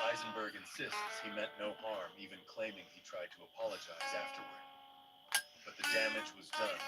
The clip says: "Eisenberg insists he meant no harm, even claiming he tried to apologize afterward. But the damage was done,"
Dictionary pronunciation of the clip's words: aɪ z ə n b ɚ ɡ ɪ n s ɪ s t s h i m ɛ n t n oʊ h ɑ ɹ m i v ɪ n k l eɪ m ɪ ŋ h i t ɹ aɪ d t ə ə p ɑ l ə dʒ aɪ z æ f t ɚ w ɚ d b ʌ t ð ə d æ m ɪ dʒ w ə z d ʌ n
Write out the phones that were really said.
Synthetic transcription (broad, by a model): aɪ z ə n b ɚ ɡ ɪ n s ɪ s t s h i m ɛ t n oʊ h ɑ ɹ m i v ɪ n k l eɪ m ɪ ŋ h i t ɹ aɪ d t ə ə p ɑ l ə dʒ aɪ z æ f t ɚ w ɚ d b ʌ t ð ə d æ m ɪ dʒ w ə z d ʌ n